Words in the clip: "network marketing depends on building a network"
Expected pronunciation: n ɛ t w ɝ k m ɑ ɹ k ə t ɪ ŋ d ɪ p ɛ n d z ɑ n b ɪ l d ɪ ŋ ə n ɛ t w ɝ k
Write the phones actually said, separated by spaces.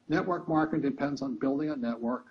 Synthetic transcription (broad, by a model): n ɛ t w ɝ k m ɑ ɹ k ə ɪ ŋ d ɪ p ɛ n d z n b ɪ l d ɪ ŋ ə n ɛ t w ɝ k